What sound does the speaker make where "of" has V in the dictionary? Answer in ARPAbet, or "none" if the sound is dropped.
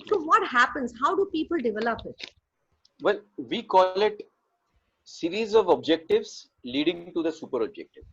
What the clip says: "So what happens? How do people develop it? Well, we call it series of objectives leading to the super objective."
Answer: V